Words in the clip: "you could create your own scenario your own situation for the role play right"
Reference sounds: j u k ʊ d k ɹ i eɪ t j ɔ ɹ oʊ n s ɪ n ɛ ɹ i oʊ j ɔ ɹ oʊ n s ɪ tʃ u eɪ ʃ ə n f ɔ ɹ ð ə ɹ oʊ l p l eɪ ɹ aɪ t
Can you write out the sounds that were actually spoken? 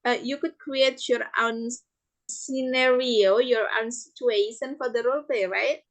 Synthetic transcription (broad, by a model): j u k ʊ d k ɹ i eɪ t j ɔ ɹ oʊ n s ɪ n ɛ ɹ i oʊ j ɔ ɹ oʊ n s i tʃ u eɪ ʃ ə n f ɔ ɹ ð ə ɹ oʊ l p l eɪ ɹ aɪ t